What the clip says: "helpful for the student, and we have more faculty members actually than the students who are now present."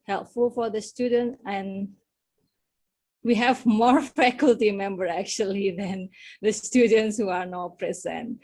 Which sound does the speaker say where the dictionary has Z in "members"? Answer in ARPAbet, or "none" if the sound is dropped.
none